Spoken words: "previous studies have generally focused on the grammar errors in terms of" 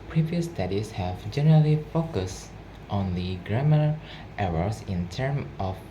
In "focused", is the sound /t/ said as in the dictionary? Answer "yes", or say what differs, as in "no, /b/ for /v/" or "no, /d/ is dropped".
yes